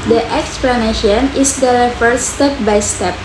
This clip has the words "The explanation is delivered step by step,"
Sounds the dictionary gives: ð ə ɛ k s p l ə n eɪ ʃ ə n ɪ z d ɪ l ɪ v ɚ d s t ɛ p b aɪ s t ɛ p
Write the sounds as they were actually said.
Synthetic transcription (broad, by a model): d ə ɛ k s p l ə n eɪ ʃ ə n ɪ s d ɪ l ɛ f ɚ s s t ɛ p b aɪ s t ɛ p